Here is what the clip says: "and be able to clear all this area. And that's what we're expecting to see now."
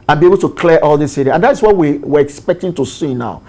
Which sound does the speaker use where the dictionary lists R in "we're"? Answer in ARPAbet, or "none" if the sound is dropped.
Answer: W